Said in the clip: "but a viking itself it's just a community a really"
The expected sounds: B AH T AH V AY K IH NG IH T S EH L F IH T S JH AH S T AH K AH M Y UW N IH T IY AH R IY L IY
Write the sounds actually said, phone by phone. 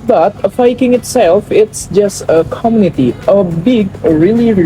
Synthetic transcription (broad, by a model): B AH T AH F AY K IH NG IH T S EH L F IH T S JH AH S T AH K AH M Y UW N IH T IY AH R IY L IY